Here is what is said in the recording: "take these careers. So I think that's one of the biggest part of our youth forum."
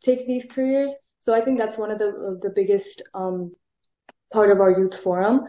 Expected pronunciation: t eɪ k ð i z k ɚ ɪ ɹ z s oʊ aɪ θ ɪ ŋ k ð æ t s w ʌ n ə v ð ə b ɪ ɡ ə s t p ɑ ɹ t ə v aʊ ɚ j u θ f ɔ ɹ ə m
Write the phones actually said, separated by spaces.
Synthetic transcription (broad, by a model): t eɪ k ð i z k ɚ ɪ ɹ z s oʊ aɪ θ ɪ ŋ k ð æ t s w ʌ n ə v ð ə b ɪ ɡ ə s t p ɑ ɹ t ə v aʊ ɚ j u θ f ɔ ɹ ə m